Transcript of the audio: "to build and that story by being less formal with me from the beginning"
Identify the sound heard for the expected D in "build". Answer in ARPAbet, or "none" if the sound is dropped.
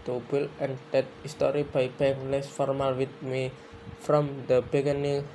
none